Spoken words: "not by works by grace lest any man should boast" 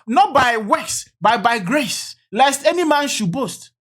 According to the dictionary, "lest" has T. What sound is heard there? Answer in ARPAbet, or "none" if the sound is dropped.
T